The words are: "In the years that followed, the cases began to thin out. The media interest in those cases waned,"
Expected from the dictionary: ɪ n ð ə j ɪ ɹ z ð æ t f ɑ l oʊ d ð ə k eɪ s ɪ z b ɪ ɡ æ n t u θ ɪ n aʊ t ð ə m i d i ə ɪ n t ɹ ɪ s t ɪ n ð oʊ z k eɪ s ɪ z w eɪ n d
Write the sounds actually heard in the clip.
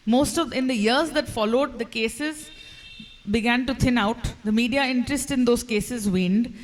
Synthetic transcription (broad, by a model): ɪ n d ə j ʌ ɹ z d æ t f ɑ l oʊ d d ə k eɪ s ɪ z b ɪ ɡ æ n t u t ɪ n aʊ t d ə m i d i ə ɪ n t ɹ ɪ s t ɪ n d oʊ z k eɪ s ɪ z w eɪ n d